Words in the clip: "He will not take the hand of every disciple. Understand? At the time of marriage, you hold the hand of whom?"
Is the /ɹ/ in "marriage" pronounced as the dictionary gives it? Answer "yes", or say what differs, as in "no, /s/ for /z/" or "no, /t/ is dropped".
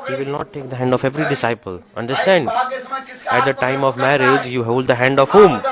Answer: yes